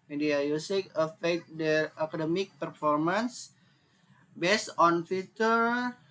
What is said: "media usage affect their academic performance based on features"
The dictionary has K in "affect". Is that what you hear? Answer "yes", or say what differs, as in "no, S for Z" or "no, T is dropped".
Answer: no, K is dropped